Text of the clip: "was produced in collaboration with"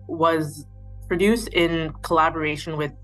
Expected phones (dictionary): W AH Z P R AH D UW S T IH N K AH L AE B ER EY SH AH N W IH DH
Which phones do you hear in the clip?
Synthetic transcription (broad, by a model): W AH Z P R AH D UW S T IH N K AH L AE B ER EY SH AH N W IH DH